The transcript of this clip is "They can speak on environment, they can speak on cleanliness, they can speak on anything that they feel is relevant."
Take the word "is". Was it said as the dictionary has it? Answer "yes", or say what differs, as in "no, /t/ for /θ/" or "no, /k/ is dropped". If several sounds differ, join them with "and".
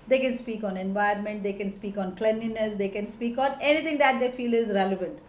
yes